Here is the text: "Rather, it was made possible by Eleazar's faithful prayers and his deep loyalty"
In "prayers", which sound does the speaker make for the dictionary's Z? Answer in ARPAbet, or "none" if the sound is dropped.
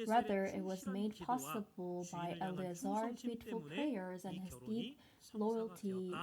Z